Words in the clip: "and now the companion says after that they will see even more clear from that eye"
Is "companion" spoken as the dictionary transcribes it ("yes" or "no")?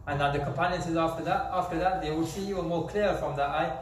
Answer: yes